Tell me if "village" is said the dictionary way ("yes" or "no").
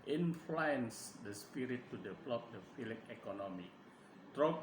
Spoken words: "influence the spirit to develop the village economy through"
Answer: no